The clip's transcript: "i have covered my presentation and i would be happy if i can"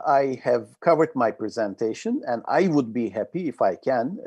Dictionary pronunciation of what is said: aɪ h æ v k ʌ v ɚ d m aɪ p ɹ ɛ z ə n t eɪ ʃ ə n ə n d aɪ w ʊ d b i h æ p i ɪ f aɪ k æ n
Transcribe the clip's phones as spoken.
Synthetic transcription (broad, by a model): aɪ h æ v k ʌ v ɚ d m aɪ p ɹ ɛ z ə n t eɪ ʃ ə n ə n d aɪ w ʊ d b i h æ p i ɪ f aɪ k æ n